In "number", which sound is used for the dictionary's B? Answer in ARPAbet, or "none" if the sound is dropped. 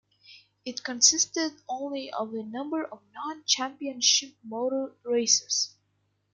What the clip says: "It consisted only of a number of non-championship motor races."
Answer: B